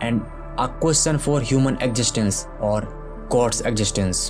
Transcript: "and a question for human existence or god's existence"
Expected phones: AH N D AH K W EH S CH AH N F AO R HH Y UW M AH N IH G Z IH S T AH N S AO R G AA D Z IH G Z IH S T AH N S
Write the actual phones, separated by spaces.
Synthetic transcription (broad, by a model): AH N D AH K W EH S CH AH N F AO R HH Y UW M AH N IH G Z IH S T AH N S AO R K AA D S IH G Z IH S T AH N S